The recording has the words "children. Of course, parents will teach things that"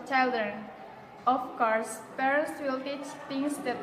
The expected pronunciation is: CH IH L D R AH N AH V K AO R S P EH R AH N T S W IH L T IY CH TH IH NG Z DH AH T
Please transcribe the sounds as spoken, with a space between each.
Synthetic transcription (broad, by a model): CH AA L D R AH N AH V K AO R S P EH R AH N T S W IH L T IY CH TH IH NG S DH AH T